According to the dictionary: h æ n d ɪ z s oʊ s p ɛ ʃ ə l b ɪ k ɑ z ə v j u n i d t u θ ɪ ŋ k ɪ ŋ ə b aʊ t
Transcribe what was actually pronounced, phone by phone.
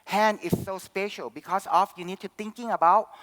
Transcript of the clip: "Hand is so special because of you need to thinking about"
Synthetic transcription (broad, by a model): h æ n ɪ s oʊ s p ɛ ʃ ə l b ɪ k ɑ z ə f j u n i d t u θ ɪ ŋ k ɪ ŋ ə b aʊ t